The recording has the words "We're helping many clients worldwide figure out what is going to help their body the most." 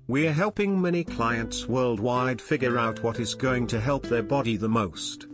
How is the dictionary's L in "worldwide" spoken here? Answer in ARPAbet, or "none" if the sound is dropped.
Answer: L